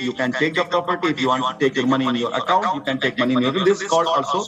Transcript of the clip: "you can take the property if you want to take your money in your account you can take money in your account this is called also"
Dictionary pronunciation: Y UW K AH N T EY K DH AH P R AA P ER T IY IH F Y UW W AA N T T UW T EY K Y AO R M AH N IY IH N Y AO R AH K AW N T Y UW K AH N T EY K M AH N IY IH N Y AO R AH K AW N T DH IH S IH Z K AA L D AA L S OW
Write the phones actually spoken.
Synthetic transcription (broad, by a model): Y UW K AH N T EY K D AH P R AA P ER T IY IH F Y UW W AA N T T UW T EY K Y AO R M AH N IY IH N Y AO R AH K AW N T Y UW K AH N T EY K M AH N IY IH N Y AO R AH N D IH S K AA L AA L S OW